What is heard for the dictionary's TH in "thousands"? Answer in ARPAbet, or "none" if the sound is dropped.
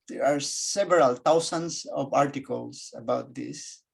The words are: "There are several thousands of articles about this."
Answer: T